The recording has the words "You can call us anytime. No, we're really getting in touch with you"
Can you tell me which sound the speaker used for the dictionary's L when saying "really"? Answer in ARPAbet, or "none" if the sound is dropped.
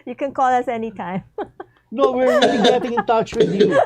none